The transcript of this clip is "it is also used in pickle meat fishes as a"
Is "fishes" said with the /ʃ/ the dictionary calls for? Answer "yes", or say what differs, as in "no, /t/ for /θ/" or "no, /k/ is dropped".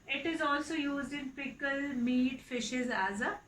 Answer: yes